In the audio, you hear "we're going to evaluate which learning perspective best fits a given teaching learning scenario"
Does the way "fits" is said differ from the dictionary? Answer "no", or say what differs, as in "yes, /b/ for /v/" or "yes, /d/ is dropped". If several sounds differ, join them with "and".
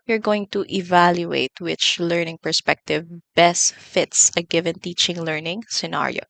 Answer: no